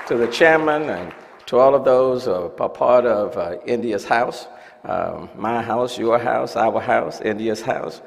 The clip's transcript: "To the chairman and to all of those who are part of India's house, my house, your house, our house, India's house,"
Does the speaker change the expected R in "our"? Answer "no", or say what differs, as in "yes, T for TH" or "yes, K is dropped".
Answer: yes, W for R